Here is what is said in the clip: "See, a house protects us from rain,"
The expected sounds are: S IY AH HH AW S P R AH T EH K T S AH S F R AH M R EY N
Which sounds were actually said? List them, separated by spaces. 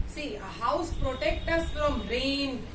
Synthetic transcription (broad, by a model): S IY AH HH AW S P R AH T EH K T AH S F R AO M R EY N